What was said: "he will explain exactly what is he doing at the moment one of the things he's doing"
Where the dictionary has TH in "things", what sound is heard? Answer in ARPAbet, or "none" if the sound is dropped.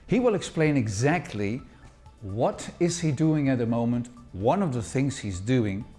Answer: TH